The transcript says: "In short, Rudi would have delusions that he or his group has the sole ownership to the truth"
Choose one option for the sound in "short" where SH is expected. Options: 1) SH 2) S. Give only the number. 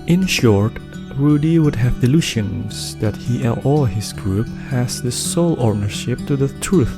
1